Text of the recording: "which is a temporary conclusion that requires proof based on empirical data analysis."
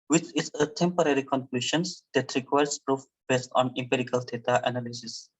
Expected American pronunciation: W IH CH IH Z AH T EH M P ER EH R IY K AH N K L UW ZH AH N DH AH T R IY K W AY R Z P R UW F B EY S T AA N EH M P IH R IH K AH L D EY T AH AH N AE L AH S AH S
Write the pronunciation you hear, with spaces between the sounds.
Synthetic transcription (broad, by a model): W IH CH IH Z AH T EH M P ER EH R IY K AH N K L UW SH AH N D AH T R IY K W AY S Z P R UW F B EY S T AA N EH M P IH R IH K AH L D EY T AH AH N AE L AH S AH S